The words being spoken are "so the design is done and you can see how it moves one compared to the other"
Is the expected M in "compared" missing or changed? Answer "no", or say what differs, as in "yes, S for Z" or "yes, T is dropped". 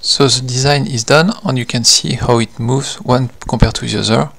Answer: yes, M is dropped